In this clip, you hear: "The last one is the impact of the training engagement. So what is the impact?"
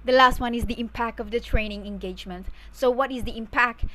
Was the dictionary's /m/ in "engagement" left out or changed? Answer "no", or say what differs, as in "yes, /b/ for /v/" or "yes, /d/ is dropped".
no